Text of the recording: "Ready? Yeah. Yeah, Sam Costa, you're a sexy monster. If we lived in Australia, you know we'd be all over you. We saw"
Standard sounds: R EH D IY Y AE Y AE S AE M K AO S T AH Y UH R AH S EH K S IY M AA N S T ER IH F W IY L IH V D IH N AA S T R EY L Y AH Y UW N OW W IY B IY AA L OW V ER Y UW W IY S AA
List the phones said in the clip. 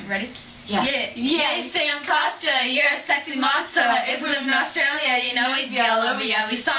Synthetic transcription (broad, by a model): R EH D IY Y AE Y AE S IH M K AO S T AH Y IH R AH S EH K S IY M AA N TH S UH IH F W IY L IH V IH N AA S T R EY L Y AH Y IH N OW W IY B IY L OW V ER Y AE W IY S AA